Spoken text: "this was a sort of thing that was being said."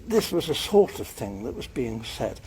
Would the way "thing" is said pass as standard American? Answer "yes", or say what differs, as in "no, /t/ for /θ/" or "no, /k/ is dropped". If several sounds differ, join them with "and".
yes